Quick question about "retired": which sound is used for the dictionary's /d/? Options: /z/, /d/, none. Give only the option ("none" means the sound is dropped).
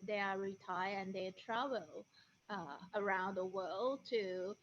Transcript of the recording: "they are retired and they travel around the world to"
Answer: none